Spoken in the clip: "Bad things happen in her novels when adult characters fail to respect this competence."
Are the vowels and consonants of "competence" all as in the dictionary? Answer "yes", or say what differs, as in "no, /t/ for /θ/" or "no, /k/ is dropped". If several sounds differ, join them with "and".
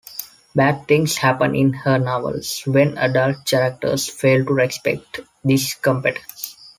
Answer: no, /n/ is dropped